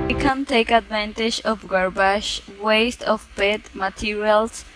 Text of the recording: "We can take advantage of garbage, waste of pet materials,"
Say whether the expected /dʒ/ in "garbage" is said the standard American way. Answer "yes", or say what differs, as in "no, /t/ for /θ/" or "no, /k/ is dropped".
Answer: no, /ʃ/ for /dʒ/